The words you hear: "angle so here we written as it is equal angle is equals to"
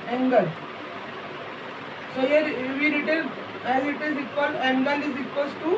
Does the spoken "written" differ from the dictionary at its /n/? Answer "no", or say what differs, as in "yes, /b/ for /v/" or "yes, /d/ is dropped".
yes, /l/ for /n/